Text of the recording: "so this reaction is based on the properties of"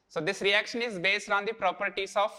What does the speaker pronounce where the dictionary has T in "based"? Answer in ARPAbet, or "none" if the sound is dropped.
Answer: T